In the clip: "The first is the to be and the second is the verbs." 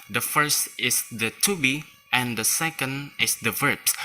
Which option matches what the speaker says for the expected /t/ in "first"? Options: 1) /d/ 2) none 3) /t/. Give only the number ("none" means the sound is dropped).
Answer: 3